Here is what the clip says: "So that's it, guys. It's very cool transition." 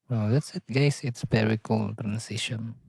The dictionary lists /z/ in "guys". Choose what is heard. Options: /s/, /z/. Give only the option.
/s/